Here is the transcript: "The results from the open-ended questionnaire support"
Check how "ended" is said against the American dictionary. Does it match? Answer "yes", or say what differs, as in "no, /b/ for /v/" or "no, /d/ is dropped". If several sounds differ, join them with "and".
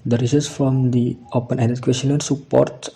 no, /n/ is dropped